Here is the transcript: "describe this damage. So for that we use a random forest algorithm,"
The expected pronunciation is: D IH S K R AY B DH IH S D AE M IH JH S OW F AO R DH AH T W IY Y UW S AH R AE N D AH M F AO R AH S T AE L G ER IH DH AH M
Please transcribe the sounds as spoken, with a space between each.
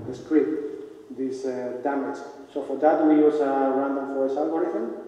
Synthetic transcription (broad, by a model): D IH S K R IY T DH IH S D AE M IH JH S OW F AO R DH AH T W IY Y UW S AH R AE N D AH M F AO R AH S AA L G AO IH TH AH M